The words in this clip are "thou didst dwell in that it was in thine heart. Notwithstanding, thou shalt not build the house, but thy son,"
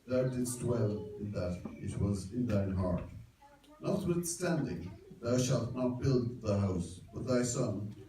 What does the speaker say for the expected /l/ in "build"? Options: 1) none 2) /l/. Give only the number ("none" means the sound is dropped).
2